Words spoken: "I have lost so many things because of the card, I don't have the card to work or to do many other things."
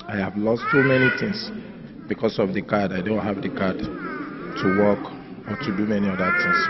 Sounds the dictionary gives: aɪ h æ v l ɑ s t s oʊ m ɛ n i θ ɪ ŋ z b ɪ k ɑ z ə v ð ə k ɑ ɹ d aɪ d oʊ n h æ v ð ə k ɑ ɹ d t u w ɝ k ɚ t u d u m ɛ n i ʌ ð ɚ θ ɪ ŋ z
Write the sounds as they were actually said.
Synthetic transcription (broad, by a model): aɪ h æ v l ɑ s t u m ɛ n i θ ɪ ŋ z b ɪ k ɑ s ə v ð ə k ɑ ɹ d aɪ d oʊ n h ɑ v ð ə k ɑ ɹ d t u w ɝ k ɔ t u d u m ɛ n i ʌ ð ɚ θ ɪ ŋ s